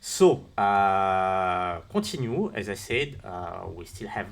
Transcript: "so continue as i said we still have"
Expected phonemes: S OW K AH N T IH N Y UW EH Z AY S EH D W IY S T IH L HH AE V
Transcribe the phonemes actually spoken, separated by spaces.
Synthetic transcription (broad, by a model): S OW K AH T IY N Y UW EH Z AY S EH D W IY S T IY L HH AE V